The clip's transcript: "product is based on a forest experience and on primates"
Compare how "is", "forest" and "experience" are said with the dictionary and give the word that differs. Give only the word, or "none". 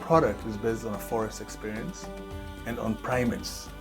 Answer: none